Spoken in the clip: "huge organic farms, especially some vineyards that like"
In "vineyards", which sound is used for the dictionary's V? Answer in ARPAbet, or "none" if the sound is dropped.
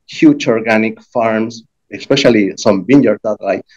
B